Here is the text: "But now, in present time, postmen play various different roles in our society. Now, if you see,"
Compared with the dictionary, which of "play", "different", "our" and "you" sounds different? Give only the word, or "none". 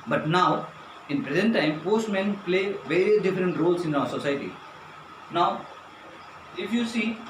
none